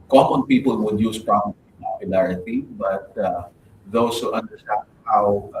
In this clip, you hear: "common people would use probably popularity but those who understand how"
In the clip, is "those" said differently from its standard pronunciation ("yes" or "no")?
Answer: yes